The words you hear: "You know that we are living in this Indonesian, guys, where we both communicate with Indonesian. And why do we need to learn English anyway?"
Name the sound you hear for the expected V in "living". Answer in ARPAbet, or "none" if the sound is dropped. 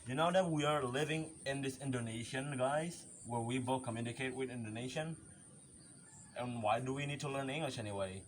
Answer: V